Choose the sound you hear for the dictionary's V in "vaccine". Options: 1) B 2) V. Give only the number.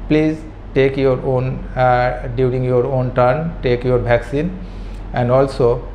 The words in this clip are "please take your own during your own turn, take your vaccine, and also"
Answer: 1